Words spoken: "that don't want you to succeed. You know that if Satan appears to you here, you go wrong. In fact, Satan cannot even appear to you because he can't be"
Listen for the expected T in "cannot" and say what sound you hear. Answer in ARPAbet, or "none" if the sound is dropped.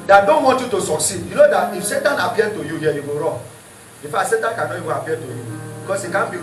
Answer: none